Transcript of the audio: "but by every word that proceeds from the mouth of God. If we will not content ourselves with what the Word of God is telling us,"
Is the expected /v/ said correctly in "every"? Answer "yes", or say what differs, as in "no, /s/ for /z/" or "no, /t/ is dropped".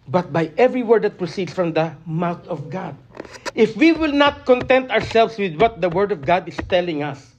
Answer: yes